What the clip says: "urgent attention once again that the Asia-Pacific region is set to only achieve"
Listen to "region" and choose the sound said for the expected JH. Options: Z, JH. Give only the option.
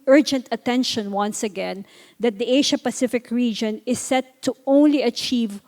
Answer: JH